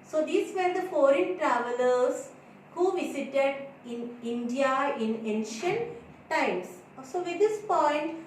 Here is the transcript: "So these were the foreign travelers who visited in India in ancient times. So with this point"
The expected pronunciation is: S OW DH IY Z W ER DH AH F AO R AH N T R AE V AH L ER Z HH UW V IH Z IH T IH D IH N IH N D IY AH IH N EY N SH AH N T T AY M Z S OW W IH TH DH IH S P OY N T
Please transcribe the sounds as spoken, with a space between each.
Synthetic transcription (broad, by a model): S OW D IY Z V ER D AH F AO R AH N T R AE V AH L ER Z HH UW V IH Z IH T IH D IH N IH N D IY AH IH N EY N SH AH N T T AY M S S OW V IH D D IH S P OY N T